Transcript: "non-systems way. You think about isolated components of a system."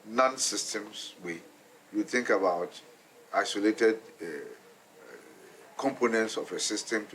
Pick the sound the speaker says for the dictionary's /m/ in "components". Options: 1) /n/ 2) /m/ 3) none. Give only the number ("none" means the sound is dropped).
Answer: 2